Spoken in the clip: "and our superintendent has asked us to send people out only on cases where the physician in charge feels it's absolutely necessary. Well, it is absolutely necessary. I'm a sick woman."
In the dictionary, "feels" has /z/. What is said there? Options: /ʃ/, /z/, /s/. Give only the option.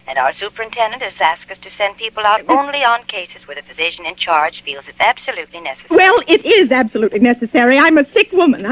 /z/